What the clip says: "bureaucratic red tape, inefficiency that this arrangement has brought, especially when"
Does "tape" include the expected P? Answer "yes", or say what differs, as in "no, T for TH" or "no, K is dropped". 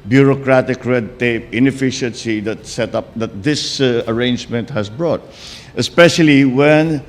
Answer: yes